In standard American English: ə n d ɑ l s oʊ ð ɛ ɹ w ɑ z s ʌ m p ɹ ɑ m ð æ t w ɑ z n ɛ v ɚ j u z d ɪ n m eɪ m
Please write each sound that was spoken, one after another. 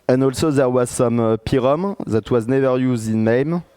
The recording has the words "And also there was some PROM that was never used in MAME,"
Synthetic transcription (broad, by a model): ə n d ɑ l s oʊ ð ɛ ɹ w ɑ z s ʌ m p ɹ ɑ m ð æ t w ɑ z n ɛ v ɚ j u z d ɪ n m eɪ m